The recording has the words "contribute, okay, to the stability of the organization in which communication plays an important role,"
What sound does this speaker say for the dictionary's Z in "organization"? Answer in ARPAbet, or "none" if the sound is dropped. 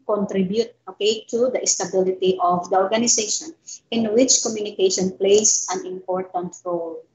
S